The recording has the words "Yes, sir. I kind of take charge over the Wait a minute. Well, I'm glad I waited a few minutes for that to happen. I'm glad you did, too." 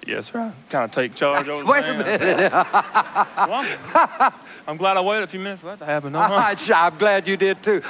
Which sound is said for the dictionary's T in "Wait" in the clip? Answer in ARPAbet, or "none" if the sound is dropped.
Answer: none